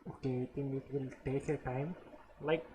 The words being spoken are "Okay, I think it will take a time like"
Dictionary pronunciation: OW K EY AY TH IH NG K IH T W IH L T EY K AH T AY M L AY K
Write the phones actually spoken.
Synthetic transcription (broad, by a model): OW K EY AY T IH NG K IH T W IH L T EY K AH T AY M L AY K